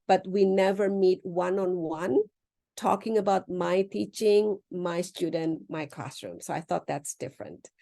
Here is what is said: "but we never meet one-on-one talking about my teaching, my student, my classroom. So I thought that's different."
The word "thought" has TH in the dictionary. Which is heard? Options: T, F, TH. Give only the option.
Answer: TH